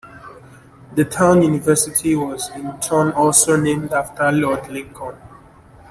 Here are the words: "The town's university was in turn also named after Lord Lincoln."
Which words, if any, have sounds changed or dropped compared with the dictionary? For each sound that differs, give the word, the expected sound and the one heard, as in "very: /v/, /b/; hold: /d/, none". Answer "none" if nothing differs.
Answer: town's: /z/, none